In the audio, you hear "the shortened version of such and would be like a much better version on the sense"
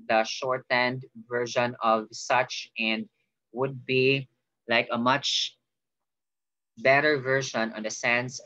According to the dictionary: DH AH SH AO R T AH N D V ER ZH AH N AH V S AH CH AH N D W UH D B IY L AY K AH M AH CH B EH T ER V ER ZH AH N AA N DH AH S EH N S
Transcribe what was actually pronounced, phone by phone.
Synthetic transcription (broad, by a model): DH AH SH AO R T AH N D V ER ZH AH N AH V S AH CH AH N D W UH D B IY L AY K AH M AH CH B EH T ER V ER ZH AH N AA N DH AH S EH N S